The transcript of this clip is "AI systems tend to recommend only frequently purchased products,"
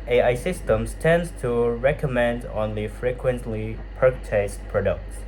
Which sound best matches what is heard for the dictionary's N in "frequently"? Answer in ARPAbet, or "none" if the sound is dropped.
N